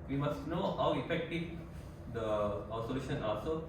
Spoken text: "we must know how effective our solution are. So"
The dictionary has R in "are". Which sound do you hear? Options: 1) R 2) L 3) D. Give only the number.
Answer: 2